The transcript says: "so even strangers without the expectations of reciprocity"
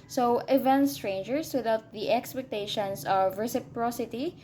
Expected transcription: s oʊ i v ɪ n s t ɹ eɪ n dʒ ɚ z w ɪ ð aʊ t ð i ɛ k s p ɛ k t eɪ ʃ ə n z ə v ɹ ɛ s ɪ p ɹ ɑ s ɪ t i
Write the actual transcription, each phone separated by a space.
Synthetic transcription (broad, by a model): s oʊ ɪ v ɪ n s t ɹ eɪ n dʒ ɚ s w ɪ ð aʊ t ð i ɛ k s p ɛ k t eɪ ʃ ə n s ə v ɹ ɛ s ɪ p ɹ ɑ s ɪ t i